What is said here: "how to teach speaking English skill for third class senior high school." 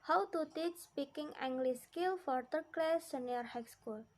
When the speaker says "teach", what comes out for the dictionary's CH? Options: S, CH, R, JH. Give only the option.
CH